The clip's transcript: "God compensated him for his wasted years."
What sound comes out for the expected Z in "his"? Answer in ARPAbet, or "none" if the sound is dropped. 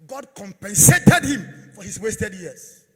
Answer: S